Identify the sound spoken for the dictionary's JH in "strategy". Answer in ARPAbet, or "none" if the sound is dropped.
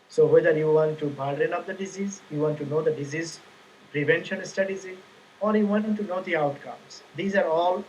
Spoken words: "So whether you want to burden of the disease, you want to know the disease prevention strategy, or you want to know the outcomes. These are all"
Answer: Z